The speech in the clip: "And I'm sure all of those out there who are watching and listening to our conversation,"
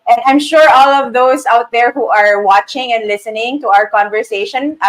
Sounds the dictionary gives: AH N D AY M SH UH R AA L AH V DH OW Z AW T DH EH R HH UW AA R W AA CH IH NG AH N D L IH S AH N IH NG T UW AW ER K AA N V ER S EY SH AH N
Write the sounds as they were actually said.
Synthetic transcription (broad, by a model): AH N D AY M SH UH R AA L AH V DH OW S AW T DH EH R HH UW AA R W AA CH IH NG AH N D L IH S AH N IH NG T UW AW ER K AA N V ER S EY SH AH N